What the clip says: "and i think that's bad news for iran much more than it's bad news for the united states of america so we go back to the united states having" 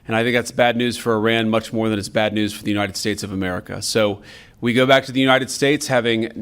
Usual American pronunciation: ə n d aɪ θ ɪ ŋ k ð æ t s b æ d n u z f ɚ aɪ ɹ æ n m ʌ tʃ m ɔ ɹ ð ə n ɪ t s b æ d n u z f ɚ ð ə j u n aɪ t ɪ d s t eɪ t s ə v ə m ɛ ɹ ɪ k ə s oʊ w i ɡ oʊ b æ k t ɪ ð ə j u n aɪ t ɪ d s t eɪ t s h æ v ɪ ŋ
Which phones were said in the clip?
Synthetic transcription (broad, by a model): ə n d aɪ θ ɪ ŋ k ð æ t s b æ d n u z f ɚ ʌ ɹ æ n m ʌ tʃ m ɔ ɹ ð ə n ɪ t s b æ d n u z f ɚ ð ə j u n aɪ t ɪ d s t eɪ t s ə v ə m ɛ ɹ ɪ k ə s oʊ w i ɡ oʊ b æ k t ɪ ð ə j u n aɪ t ɪ d s t eɪ t s h æ v ɪ ŋ